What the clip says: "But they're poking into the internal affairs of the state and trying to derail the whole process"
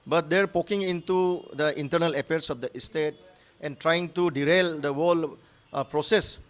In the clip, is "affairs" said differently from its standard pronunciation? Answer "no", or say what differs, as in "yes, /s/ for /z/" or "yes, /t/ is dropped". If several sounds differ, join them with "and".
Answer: yes, /p/ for /f/